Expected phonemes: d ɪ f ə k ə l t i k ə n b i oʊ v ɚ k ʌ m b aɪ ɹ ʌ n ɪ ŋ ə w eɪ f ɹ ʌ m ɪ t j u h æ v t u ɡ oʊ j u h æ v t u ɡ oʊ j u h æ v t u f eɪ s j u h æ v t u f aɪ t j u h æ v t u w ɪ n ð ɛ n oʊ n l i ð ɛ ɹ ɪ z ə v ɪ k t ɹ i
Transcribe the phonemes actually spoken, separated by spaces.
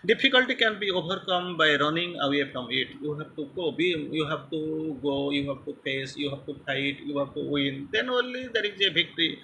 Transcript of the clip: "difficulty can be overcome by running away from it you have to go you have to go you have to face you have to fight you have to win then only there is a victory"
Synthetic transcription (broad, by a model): d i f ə k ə l t i k ə n b i oʊ b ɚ k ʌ m b aɪ ɹ ʌ n ɪ ŋ ə w eɪ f ɹ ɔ m ɪ t j u h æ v t u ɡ oʊ j u h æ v t u ɡ oʊ j u h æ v t u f eɪ s j u h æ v t u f aɪ t j u h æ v t u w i n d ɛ n oʊ n l i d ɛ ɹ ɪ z ə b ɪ k t ɹ i